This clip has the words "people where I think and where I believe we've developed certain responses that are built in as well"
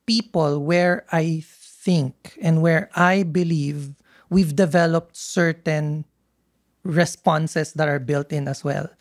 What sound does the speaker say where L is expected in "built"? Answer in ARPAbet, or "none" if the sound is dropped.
L